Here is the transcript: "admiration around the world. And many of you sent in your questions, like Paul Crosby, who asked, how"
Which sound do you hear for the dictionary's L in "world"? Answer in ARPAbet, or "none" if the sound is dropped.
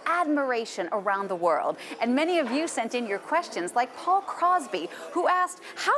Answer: L